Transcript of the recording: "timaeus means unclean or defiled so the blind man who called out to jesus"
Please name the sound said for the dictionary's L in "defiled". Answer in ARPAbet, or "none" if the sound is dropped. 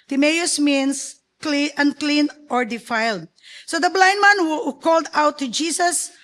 L